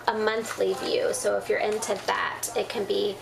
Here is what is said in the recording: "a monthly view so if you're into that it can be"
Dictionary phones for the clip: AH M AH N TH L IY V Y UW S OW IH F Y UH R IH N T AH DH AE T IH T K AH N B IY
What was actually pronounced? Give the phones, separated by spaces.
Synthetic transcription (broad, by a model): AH M AH N TH L IY V Y UW S OW IH F Y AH R IH N T AH DH AE T IH T K AH N B IY